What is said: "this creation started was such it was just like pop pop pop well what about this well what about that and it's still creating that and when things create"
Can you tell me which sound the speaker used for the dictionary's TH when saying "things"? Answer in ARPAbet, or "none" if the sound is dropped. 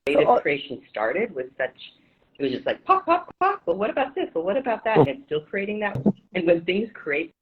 TH